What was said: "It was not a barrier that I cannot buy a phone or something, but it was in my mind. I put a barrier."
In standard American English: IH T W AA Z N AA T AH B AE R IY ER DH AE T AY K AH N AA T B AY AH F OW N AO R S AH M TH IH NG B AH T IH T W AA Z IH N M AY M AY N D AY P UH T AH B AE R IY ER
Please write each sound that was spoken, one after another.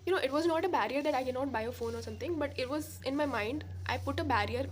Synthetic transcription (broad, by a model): IH T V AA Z N AA T AH B AE R IY ER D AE T AY K AH N AA T B AY AH F OW N AO R S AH M T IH NG B AH T IH T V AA Z IH N M AY M AY N D AY P UH T AH B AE R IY ER